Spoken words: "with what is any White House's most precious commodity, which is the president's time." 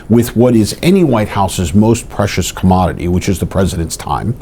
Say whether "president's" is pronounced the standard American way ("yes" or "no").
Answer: yes